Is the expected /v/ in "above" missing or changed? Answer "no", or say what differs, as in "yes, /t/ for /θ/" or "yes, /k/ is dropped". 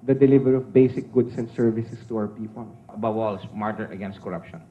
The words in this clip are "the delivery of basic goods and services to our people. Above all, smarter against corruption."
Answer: yes, /w/ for /v/